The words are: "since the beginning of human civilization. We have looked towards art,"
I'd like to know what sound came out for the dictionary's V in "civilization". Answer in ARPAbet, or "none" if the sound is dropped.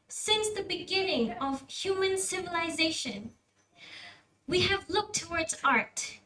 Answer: V